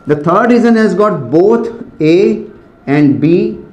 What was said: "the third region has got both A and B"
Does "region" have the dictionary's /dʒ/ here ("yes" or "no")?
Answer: no